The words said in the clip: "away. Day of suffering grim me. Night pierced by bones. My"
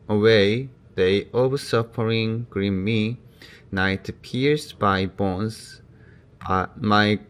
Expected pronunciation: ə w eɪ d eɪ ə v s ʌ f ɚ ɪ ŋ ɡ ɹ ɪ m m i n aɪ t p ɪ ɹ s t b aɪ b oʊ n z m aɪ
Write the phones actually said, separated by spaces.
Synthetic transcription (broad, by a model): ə w eɪ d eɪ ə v s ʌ p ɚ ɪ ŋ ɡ ɹ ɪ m m i n aɪ t p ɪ ɹ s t b aɪ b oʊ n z m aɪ